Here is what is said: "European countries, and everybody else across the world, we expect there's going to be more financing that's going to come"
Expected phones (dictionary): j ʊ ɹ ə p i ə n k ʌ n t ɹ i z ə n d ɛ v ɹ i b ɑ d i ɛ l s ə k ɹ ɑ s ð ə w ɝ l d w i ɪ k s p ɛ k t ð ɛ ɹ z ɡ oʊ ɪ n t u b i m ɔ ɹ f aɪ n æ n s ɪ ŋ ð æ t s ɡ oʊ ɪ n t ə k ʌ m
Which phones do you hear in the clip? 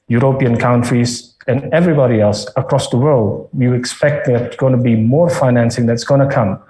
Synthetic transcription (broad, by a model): j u ɹ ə p i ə n k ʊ n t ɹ i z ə n ɛ v ɹ i b ɑ d i ɛ l s ə k ɹ ɑ s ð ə w ɝ l d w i ɪ k s p ɛ k t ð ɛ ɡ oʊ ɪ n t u b i m ɔ ɹ f aɪ n æ n s ɪ ŋ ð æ t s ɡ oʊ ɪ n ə k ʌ m